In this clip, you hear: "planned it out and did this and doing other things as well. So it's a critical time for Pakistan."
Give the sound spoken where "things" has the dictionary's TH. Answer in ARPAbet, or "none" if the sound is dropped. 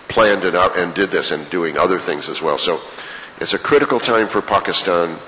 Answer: TH